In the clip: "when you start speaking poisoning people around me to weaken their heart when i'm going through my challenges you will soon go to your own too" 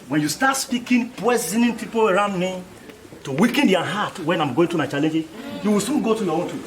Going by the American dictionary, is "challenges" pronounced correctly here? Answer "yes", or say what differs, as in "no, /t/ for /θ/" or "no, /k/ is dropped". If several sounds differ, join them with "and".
no, /z/ is dropped